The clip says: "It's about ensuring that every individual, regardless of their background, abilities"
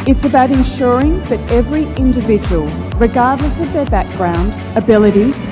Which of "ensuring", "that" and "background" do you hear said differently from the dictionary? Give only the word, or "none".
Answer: none